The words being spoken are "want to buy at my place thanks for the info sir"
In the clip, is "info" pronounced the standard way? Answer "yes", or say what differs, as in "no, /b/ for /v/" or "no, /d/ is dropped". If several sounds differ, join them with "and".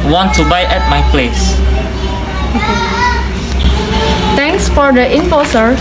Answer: no, /p/ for /f/